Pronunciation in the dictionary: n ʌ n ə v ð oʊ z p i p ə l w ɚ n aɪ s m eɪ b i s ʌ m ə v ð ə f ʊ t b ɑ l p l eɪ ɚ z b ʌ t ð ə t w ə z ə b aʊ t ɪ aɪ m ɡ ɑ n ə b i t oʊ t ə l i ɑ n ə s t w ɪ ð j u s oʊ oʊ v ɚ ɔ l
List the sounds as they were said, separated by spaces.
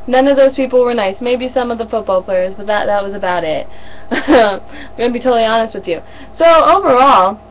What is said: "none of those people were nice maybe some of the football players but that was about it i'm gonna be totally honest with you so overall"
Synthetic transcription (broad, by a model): n ʌ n ə v ð oʊ z p i p l w ɚ n aɪ s m eɪ b i s ʌ m ə v ð ə f ʊ t b ɑ l p l eɪ ɚ z b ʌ t ð ə t w ə z ə b aʊ t ɪ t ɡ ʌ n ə b i t oʊ t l i ɑ n ə s t w ɪ ð j u s oʊ oʊ v ɚ ɔ l